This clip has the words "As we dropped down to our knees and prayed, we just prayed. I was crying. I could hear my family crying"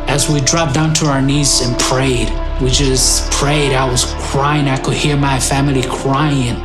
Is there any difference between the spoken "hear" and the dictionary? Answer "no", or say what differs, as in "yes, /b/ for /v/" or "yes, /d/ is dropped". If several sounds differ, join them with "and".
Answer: no